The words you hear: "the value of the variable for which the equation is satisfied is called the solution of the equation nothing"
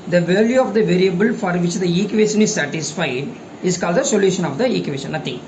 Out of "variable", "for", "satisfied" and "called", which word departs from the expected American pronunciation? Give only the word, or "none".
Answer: none